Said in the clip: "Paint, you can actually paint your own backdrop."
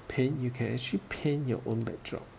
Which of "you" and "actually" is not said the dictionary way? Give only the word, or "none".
actually